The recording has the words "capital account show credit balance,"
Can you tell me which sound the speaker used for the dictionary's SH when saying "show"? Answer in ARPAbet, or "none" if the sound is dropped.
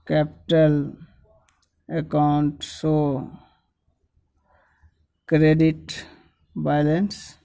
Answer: S